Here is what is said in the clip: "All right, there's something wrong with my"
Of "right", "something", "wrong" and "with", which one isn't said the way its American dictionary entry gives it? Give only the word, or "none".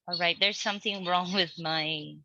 none